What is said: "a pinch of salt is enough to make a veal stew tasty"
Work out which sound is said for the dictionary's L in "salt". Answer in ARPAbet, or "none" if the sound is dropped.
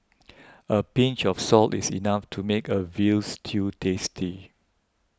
L